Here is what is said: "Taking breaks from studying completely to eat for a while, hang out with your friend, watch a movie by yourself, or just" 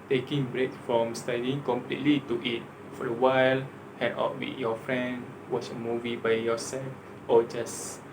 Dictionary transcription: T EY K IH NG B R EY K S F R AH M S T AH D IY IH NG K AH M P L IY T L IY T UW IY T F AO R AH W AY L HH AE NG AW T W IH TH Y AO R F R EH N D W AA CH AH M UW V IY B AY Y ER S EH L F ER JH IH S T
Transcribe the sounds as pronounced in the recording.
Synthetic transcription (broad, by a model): T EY K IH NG B R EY K F R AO M S T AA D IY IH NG K AH M P L IY T L IY T UW IY T F AO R AH W AY L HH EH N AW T W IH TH Y AO F R EH N D W AA CH AH M UW V IY B AY Y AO S EH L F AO JH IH S